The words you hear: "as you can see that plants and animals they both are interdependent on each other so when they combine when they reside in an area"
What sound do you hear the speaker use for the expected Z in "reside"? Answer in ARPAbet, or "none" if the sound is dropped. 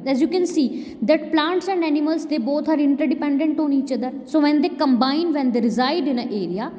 Z